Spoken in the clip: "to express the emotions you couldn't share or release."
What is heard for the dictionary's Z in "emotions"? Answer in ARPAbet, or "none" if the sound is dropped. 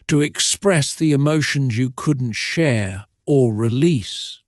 Z